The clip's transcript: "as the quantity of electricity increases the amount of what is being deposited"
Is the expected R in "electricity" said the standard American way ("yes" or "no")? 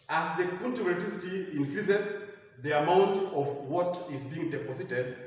no